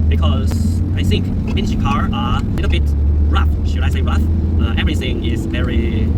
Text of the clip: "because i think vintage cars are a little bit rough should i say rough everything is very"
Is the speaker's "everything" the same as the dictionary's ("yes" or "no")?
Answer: yes